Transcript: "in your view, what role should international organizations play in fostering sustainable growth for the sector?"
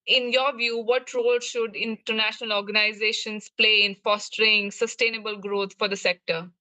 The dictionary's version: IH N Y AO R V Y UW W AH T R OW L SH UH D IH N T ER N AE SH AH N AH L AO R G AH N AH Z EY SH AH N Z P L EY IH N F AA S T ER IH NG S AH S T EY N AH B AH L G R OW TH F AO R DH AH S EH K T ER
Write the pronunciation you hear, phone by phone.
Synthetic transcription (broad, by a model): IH N Y AO R V Y UW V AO T R OW L SH UH D IH N T ER N AE SH AH N AH L AO R G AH N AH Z EY SH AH N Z P L EY IH N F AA S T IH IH NG S AH S T EY N AH B AH L G R OW T F AO R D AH S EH K T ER